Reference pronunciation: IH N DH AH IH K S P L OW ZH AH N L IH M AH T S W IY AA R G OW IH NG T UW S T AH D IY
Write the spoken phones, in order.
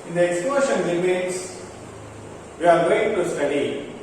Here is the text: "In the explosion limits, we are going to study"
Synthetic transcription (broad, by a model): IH N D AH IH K S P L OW SH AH N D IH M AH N S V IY AA R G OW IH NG T UW S T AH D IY